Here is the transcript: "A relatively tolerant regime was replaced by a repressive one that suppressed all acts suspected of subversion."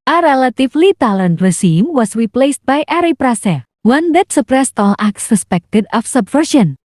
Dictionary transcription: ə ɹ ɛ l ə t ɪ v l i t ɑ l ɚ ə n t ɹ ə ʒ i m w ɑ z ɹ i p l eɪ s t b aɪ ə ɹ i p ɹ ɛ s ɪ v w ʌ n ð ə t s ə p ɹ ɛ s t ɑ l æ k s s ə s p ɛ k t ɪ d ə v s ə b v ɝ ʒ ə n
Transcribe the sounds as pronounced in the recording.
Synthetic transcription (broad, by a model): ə ɹ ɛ l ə t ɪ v l i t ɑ l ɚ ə n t ɹ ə z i m w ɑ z ɹ i p l eɪ s t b aɪ ə ɹ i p ɹ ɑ s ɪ w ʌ n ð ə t s ə p ɹ ɛ s t ɑ l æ k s s ə s p ɛ k t ɪ d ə f s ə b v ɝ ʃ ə n